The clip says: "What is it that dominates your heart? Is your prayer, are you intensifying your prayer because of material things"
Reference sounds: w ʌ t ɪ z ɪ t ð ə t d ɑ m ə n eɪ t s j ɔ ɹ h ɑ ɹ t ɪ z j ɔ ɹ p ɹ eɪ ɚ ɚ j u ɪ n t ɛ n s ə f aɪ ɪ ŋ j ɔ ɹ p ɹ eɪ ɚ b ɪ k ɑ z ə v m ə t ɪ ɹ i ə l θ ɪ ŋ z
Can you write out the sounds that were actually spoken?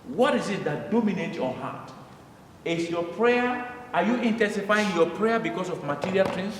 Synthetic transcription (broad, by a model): w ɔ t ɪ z ɪ t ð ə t d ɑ m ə n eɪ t j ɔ h ɑ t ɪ s j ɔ p ɹ eɪ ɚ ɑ j u ɪ n t ɛ n s ə f aɪ ɪ ŋ j ɔ p ɹ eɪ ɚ b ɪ k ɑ s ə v m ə t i ɹ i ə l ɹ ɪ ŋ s